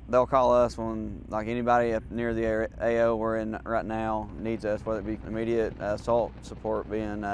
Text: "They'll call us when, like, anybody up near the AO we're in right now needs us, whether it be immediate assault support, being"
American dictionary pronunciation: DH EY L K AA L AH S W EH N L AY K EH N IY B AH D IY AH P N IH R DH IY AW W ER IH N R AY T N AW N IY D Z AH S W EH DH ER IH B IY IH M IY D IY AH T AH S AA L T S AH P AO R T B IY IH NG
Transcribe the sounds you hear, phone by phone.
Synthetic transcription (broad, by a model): DH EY L K AA L AH S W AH N L AY K EH N IY B AH D IY AH P N IH R DH IY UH W ER IH N R AY T N AW N IY D Z AH S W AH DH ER IH B IY IH M IY D IY AH T AH S AA L T S AH P AO R T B IY IH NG